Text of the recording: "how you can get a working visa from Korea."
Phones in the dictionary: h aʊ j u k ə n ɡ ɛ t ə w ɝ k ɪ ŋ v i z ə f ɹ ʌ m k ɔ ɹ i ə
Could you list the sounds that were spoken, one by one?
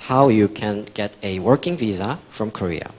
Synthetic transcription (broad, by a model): h aʊ j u k ə n ɡ ɛ t ə w ɝ k ɪ ŋ v i z ə f ɹ ʌ m k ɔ ɹ i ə